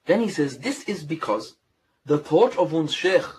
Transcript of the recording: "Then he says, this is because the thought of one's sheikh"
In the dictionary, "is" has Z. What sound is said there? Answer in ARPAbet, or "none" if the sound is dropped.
Z